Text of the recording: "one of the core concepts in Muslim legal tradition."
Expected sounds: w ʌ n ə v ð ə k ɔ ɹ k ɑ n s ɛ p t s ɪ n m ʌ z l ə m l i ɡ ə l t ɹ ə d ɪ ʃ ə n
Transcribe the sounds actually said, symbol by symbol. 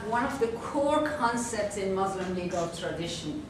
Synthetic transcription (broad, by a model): w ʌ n ə v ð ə k ɔ ɹ k ɑ n s ɛ p t s ɪ n m ʌ z l ə m l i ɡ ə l t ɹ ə d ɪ ʃ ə n